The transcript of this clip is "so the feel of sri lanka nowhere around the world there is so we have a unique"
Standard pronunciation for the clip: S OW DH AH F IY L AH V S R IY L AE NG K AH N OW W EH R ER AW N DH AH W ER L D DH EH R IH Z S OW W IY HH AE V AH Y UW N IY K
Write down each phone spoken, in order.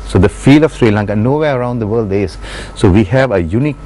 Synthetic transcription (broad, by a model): S OW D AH F IY L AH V S R IY L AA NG K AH N OW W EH ER AW N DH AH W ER L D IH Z S OW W IY HH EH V AH Y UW N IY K